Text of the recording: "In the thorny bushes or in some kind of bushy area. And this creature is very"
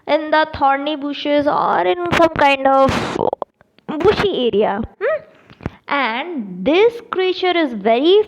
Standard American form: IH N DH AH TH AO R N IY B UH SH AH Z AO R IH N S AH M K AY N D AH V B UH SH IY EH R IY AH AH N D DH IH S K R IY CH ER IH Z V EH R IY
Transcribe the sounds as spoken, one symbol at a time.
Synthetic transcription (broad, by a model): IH N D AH T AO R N IY B UH SH AH Z AO R IH N S AH M K AY N D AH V B UH SH IY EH R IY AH AH N D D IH S K R IY CH ER IH Z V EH R IY